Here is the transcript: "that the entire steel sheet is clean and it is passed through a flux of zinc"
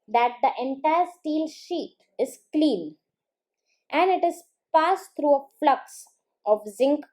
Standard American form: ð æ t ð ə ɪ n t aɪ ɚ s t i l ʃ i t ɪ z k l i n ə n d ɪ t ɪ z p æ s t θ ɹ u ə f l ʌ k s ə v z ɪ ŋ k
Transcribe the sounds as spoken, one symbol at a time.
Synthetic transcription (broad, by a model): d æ t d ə ɪ n t aɪ ɚ s t i l ʃ i t ɪ z k l i n ə n d ɪ t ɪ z p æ s t ɹ u ə f l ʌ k s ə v z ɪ ŋ k